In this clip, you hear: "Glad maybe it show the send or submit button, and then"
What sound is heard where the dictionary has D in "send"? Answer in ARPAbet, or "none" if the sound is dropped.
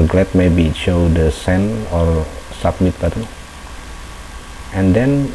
none